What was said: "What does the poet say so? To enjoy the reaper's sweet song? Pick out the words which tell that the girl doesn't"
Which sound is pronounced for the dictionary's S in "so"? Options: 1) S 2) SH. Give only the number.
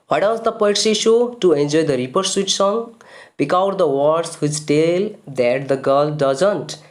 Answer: 2